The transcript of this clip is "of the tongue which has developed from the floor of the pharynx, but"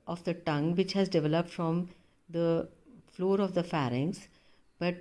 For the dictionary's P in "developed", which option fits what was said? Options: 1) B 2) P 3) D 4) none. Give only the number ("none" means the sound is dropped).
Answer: 2